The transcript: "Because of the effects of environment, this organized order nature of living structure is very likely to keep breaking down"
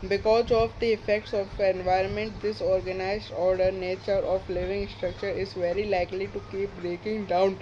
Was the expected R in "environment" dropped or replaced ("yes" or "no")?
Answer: no